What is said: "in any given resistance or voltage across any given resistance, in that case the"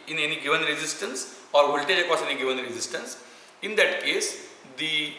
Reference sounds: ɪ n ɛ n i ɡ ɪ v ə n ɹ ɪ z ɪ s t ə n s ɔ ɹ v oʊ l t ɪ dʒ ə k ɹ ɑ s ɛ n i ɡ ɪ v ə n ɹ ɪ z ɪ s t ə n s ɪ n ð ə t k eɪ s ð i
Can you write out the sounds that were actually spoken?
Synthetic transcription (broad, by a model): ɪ n ɛ n i ɡ ɪ v ə n ɹ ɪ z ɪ s t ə n s ɔ ɹ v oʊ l t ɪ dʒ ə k ɑ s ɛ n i ɡ ɪ v ə n ɹ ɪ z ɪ s t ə n s ɪ n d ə t k eɪ s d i